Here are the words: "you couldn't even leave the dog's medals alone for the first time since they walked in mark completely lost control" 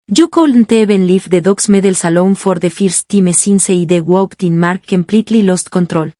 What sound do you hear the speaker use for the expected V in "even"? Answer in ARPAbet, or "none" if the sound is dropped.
B